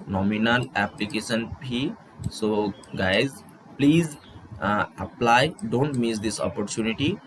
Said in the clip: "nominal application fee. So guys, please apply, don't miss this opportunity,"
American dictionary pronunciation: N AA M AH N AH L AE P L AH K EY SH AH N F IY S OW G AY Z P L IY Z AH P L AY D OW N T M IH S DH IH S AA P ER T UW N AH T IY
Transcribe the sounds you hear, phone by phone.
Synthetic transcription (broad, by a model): N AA M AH N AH L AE P L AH K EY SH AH N P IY S OW G AY Z P L IY Z AH P L AY D OW N T M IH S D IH S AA P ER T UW N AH T IY